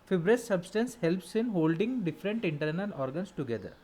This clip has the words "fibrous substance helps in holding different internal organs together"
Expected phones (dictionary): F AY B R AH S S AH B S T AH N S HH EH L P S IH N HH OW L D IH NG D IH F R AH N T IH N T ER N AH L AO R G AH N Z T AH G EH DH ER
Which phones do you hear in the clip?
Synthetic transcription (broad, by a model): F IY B R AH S S AH B S T AH N S HH EH L P S IH N HH OW L D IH NG D IH F R AH N T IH N T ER N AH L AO R G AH N S T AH G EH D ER